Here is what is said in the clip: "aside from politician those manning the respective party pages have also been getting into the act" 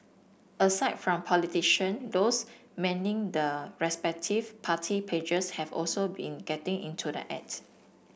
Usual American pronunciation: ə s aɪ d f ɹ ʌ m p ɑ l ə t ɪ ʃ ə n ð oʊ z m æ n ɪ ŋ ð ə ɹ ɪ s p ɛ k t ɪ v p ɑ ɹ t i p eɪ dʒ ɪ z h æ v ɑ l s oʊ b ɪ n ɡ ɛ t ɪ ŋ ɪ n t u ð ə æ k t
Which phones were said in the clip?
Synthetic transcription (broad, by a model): ə s aɪ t f ɹ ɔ m p ɑ l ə t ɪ ʃ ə n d oʊ s m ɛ n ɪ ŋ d ə ɹ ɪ s p ɛ k t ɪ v p ɑ t i p eɪ dʒ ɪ s h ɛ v ɑ l s oʊ b ɪ n ɡ ɛ t ɪ ŋ ɪ n t u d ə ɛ t